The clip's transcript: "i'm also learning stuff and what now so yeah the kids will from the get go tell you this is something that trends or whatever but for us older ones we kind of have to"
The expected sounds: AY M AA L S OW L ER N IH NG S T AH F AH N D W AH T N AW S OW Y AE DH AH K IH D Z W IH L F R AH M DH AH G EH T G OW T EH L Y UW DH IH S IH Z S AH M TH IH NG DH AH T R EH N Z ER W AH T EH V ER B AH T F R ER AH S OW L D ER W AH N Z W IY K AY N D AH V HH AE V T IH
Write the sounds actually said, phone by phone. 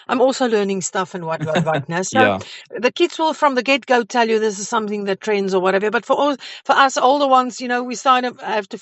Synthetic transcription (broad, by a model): AY M AA L S OW L ER N IH NG S T AH F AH N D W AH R N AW S OW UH DH AH K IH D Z W IH L F R AH M DH AH G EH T G OW T EH L Y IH DH IH S IH Z S AH M TH IH NG DH AH T R EH N Z ER W AH T EH V ER B AH T F R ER AH S OW L D ER W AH N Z W IY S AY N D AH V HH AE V T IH